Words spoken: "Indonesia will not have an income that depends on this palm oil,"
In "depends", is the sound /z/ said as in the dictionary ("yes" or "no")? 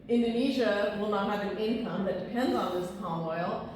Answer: yes